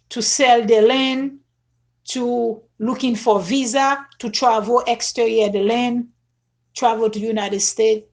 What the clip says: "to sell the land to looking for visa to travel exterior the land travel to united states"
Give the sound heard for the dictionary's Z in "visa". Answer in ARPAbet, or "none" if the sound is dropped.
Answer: Z